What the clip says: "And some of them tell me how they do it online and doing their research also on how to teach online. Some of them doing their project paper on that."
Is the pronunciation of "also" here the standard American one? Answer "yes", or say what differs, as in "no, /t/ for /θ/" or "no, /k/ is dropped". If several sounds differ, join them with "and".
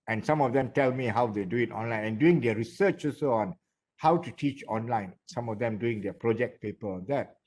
no, /l/ is dropped